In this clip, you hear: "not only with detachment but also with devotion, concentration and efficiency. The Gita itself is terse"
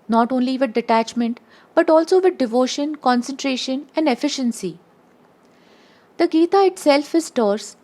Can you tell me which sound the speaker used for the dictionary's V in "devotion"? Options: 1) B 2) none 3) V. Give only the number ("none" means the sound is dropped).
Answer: 3